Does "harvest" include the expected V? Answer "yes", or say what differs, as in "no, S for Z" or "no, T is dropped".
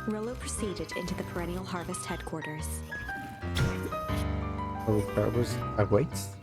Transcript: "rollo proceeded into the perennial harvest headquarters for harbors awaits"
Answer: yes